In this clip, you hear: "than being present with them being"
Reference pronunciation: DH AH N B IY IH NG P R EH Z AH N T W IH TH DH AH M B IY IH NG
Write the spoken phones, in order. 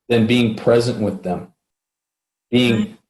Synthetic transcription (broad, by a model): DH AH N B IY IH NG P R EH Z AH N T W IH DH AH M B IY IH NG